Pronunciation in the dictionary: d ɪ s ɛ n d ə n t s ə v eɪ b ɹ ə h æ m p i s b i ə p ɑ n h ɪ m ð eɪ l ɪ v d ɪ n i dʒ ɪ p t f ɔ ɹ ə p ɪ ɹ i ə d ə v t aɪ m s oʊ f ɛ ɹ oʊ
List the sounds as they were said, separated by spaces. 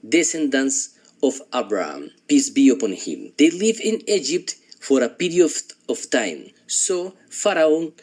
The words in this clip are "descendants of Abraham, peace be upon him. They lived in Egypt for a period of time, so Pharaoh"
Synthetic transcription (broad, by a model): d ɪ s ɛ n d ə n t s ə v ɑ b ɹ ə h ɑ m p i s b i ə p ɑ n h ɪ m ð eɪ l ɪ v ɪ n i dʒ ɪ p t f ɔ ɹ ə p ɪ ɹ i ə ə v t aɪ m s oʊ f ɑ ɹ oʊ